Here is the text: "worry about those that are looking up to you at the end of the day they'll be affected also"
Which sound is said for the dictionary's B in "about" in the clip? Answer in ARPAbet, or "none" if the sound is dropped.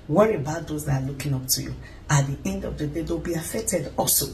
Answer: B